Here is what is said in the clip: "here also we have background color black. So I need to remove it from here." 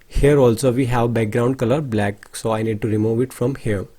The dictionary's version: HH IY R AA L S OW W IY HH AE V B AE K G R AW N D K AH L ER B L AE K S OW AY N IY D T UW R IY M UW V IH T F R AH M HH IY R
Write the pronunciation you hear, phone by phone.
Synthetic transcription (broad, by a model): HH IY R AA L S OW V IY HH AE V B AE K G R AW N D K AH L ER B L AE K S OW AY N IY D T UW R IY M UW V IH T F R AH M HH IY R